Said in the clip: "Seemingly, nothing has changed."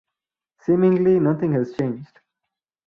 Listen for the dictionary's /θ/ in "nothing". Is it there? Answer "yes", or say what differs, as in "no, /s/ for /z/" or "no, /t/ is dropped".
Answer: no, /t/ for /θ/